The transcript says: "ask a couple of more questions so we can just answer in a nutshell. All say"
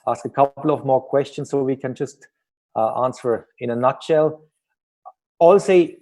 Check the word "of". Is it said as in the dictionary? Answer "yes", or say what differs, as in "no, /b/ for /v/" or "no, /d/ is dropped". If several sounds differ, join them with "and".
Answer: yes